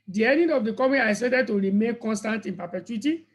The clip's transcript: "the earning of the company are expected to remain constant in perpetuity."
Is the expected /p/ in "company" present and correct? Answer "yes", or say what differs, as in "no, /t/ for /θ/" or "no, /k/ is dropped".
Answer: no, /p/ is dropped